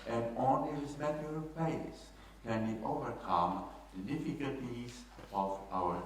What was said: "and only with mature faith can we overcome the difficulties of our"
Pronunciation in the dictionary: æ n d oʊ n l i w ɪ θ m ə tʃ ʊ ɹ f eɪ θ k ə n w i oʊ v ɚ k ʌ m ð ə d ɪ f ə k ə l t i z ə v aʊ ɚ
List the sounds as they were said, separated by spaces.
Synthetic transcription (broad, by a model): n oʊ n i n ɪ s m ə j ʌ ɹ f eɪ s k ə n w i oʊ v ɚ k ʌ m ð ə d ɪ f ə k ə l t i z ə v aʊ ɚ